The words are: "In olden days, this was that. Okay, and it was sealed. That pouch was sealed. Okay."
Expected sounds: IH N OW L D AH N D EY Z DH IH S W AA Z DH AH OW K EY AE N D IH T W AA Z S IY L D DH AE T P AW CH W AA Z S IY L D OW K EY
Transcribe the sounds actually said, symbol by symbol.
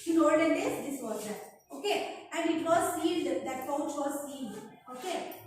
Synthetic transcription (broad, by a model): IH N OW D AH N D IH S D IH S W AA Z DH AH OW K EY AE N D IH T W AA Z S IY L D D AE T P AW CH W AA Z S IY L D OW K EY